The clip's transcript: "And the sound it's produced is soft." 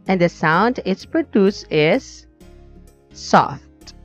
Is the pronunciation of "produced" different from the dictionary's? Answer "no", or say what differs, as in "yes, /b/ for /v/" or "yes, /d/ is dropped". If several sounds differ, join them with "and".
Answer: yes, /t/ is dropped